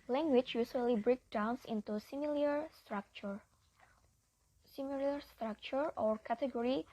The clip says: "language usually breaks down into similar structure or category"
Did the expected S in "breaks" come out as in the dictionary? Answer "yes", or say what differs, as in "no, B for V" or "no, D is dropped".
no, S is dropped